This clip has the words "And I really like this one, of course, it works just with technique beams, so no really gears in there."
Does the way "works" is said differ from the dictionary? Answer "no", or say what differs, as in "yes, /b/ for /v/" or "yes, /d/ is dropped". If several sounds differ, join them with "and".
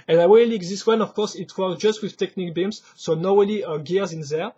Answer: yes, /s/ is dropped